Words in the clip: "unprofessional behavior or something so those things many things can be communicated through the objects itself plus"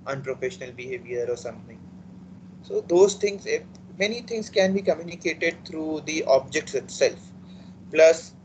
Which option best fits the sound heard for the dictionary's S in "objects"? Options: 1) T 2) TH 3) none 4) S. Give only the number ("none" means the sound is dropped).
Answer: 4